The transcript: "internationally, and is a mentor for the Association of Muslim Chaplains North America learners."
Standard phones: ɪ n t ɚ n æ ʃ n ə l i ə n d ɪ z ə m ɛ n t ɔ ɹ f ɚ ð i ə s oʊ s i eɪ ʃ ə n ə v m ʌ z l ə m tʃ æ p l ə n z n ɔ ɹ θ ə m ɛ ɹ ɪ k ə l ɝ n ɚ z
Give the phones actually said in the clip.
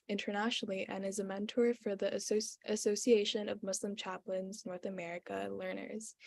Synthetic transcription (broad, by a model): ɪ n t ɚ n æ ʃ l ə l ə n ɪ z ə m ɛ n t ɔ ɹ f ɚ ð i ə s oʊ s i eɪ ʃ ə n ə v m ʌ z l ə m tʃ æ p l ə n z n ɔ ɹ θ ə m ɛ ɹ ɪ k ə l ɝ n ɚ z